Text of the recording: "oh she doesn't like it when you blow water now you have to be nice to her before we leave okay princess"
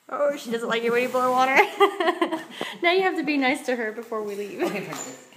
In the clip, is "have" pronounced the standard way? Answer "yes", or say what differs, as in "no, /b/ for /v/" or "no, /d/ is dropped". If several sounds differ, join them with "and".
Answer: no, /f/ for /v/